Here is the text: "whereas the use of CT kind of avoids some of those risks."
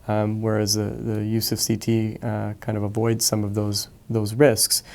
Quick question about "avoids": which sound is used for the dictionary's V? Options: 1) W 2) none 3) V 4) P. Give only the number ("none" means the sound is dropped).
3